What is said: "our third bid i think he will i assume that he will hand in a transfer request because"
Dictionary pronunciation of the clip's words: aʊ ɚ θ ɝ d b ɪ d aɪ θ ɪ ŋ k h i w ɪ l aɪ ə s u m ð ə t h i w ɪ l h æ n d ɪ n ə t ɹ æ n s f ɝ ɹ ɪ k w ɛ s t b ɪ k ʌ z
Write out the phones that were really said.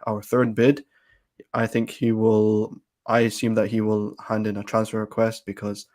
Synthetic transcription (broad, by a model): aʊ ɚ θ ɝ d b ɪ d aɪ θ ɪ ŋ k h i w ɪ l aɪ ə s u m ð ə t h i w ɪ l h æ n d ɪ n ə t ɹ æ n s f ɝ ɹ ɪ k w ɛ s t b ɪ k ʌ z